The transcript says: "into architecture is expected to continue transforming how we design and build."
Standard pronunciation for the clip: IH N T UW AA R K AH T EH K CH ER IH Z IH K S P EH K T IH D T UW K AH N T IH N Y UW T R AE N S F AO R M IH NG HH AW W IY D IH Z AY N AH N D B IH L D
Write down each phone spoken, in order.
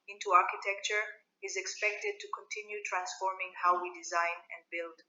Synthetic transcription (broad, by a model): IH N T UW AA R K AH T EH K CH ER IH Z IH K S P EH K T IH D T UW K AH N T IH N Y UW T R AE N S F AO R M IH NG HH AW W IY D IH Z AY N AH N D B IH L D